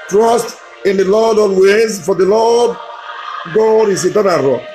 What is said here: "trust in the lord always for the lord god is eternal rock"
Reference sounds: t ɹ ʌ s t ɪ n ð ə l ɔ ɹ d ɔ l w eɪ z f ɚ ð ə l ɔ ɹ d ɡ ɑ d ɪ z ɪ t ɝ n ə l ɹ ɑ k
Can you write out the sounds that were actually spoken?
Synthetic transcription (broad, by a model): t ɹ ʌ s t ɪ n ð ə l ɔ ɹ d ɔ n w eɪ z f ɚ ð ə l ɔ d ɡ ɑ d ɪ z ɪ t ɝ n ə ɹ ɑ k